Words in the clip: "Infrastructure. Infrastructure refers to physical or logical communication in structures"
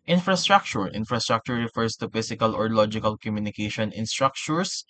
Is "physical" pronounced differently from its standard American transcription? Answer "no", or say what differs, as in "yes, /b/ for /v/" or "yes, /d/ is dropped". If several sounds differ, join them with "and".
yes, /s/ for /z/